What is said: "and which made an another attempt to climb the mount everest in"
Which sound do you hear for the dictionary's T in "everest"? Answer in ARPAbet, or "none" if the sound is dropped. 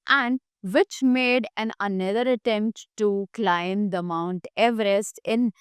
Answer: T